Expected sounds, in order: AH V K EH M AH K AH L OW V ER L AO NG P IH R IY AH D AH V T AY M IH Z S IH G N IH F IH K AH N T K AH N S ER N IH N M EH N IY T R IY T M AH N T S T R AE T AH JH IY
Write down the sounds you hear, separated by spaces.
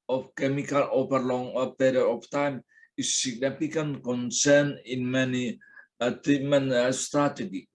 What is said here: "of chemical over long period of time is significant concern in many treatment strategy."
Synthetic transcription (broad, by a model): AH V K EH M AH K AH L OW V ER L AO NG P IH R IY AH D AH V T AY M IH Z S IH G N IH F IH K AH N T K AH N S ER N IH N M EH N IY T IY M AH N S T R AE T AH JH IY